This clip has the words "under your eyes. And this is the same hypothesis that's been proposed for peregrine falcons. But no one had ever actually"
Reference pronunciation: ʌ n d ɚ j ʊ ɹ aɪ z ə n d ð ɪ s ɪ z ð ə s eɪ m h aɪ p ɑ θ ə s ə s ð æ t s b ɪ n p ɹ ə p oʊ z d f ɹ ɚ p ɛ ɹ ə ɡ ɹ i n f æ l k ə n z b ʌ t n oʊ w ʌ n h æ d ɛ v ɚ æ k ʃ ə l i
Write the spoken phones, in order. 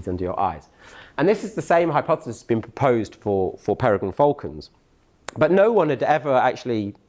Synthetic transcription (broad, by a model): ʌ n d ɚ j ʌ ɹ aɪ z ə n ð ɪ s ɪ z ð ə s eɪ m h aɪ p ɑ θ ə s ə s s b ɪ n p ɹ ə p oʊ z d f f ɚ p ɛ ɹ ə ɡ ʌ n f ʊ l k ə n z b ʌ t n oʊ w ʌ n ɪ d ɛ v ɚ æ k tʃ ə l i